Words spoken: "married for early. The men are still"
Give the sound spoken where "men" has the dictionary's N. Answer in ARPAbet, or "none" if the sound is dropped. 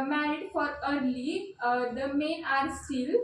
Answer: none